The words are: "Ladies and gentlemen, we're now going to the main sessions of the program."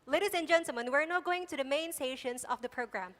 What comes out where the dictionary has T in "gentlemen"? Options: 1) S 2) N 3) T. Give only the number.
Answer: 1